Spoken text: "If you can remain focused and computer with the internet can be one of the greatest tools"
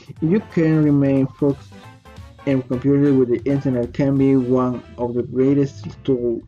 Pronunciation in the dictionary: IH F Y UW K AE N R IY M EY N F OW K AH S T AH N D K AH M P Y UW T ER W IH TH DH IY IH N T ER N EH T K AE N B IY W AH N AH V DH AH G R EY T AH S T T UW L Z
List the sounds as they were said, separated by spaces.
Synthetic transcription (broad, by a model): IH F Y UW K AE N R IY M EY N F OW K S AH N K AH M P Y UW T ER W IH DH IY IH N T ER N EH T K AE N B IY W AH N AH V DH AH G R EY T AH S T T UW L